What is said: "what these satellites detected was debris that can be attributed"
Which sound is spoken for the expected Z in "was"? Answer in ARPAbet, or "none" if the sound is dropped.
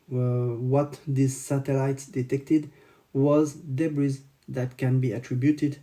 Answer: Z